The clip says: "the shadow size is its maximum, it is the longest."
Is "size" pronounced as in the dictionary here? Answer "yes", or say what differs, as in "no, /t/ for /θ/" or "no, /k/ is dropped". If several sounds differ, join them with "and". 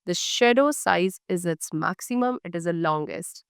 yes